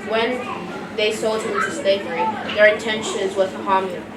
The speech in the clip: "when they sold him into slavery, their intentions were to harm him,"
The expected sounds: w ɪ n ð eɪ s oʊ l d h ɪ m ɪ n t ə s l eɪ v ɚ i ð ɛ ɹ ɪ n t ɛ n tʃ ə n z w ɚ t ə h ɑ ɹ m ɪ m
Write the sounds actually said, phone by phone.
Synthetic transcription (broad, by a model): w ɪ n ð eɪ s oʊ l d h ɪ m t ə s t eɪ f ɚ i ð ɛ ɹ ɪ n t ɛ n ʃ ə n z w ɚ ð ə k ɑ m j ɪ